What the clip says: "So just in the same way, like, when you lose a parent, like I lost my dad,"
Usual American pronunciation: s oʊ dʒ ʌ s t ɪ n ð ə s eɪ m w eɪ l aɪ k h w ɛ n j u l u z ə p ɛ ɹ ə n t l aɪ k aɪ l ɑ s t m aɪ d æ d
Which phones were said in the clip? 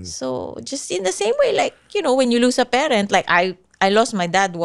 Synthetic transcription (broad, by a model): s oʊ dʒ ʌ s t ɪ n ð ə s eɪ m w eɪ l aɪ k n w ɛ n j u l u s ə p ɛ ɹ ə n t l aɪ k aɪ l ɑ s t m aɪ d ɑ d